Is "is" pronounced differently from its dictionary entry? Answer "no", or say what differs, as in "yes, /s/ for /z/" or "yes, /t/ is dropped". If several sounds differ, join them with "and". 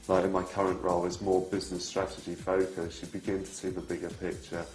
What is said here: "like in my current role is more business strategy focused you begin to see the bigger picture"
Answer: no